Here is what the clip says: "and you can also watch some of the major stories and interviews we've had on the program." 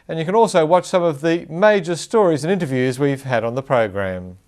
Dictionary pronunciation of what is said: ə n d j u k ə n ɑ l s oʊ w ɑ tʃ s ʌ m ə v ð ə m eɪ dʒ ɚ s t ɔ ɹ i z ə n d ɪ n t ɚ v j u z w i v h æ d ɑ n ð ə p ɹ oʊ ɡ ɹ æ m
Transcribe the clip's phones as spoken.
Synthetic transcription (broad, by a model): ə n j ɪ k ə n ɑ l s oʊ w ɑ tʃ s ʌ m ə v ð ə m eɪ dʒ ɚ s t ɔ ɹ i z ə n ɪ n t ɚ v j u z w i v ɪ d n ð ə p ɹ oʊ ɡ ɹ æ m